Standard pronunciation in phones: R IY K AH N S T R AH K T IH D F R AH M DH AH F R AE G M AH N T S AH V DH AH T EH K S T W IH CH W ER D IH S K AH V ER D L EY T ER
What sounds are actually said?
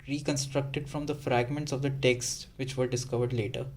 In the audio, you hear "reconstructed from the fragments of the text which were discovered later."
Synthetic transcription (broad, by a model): R IY K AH N S T R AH K T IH D F R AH M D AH F R AE G M AH N T S AH V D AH T EH K S T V IH CH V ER D IH S K AH V ER D L EY T ER